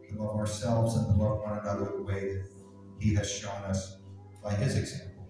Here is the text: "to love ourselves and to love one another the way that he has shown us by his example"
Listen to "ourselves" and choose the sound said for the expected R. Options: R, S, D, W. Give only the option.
R